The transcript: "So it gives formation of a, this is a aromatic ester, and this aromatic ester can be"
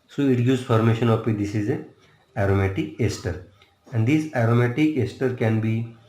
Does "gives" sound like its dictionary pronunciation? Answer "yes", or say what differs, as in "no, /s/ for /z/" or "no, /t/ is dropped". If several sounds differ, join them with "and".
no, /v/ is dropped